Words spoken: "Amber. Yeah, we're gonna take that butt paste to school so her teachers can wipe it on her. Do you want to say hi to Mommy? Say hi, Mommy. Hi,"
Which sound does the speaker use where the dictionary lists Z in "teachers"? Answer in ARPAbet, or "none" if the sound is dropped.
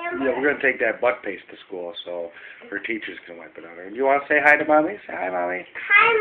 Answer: Z